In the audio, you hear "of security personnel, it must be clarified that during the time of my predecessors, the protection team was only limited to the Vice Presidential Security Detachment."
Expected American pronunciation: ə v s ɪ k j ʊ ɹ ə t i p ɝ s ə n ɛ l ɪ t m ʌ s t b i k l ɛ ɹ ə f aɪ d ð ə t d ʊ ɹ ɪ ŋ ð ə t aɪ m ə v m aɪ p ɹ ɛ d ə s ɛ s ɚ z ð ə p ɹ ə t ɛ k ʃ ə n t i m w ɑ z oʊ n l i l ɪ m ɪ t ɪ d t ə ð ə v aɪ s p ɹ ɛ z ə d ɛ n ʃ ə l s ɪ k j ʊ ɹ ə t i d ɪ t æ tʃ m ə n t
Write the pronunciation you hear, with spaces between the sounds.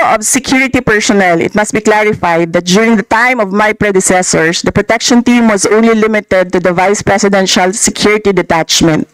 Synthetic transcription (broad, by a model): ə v s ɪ k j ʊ ɹ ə t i p ɝ s ə n ɛ l ɪ t m ʌ s t b i k l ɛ ɹ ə f aɪ d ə t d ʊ ɹ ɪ ŋ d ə t aɪ m ə v m aɪ p ɹ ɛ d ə s ɛ s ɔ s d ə p ɹ ə t ɛ k ʃ ə n t i m w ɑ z oʊ n l i l ɪ m ɪ t ɪ d t ə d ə v aɪ s p ɹ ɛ s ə d ɛ n ʃ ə l s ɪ k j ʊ ɹ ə t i d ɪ t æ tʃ m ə n t